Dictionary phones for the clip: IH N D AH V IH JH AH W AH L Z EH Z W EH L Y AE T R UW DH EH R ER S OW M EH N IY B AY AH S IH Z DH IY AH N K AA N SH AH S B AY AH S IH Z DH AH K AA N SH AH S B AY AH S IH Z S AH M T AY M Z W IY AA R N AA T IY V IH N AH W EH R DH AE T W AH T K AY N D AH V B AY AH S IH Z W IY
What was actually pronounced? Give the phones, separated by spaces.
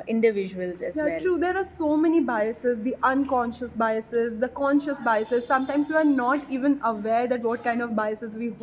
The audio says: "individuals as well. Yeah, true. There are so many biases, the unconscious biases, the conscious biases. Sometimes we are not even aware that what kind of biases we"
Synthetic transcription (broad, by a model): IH N D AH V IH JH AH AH L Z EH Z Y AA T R UW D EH R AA S OW M EH N IY B AY AH S IH Z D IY AH N K AA N SH AH S B AY AH S IH Z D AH K AA N SH AH S B AY AH S IH Z S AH M T AY M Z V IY AA R N AA T IY V IH N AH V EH R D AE T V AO T K AY N D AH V B AY AH S IH Z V IY